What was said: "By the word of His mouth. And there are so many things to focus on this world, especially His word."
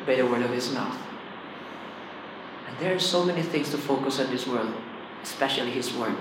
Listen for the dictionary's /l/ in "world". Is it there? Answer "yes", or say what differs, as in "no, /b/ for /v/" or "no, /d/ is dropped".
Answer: yes